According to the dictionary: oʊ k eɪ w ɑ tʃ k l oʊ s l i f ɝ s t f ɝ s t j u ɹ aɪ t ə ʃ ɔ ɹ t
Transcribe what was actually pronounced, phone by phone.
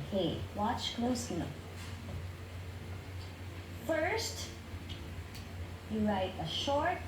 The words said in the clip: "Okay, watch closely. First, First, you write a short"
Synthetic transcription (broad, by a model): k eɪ w ɑ tʃ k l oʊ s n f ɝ f ɝ s t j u ɹ aɪ t ə ʃ ɔ ɹ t